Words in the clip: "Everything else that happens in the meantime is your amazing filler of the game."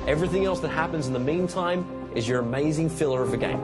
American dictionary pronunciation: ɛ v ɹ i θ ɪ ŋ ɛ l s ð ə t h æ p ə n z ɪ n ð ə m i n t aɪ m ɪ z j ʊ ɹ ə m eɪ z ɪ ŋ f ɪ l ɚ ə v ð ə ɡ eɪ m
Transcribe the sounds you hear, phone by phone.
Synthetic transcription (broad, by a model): ɛ v ɹ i θ ɪ ŋ ɛ l s ð ə t h æ p ə n z n ð ə m i n t aɪ m ɪ z j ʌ ɹ ə m eɪ z ɪ ŋ f ɪ l ɚ ə v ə ɡ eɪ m